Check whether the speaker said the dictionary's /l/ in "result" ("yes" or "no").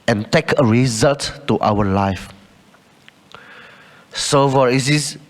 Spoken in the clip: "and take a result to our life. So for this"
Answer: yes